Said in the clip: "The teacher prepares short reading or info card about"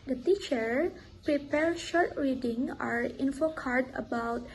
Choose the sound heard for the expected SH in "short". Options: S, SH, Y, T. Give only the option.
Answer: SH